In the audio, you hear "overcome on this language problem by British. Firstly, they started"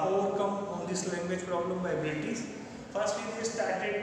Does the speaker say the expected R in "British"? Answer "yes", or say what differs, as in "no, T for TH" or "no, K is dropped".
no, R is dropped